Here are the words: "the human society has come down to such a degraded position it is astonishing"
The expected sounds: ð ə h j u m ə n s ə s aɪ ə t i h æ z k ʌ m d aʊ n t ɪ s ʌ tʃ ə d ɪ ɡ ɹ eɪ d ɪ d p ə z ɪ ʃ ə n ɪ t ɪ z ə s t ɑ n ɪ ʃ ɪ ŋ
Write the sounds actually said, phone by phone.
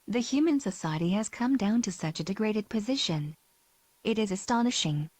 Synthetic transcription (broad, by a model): ð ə h j u m ə n s ə s aɪ ə t i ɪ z k ʌ m d aʊ n t ɪ s ʌ tʃ ə d ɪ ɡ ɹ eɪ d ɪ d p ə z ɪ ʃ ə n ɪ t ɪ z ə s t ɑ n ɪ ʃ ɪ ŋ